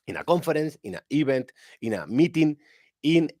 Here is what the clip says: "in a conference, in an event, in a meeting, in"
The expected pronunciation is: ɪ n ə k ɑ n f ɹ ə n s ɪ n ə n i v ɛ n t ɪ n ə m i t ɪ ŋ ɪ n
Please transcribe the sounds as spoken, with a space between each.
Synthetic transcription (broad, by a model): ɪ n ə k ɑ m f ɹ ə n s ɪ n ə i b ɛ n t ɪ n ə m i t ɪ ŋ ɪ n